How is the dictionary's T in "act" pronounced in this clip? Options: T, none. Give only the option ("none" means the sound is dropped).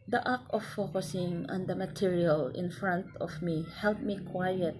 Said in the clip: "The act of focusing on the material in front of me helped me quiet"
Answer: none